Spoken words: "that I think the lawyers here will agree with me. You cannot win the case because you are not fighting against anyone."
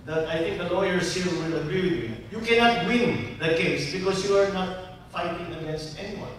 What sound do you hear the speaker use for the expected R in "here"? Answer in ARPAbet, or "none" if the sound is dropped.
L